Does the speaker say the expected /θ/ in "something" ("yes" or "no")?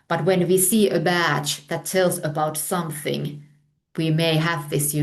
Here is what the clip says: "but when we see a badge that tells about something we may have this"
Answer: yes